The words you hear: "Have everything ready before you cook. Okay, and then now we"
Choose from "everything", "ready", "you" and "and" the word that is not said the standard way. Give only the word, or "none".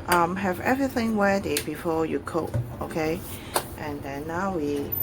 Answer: ready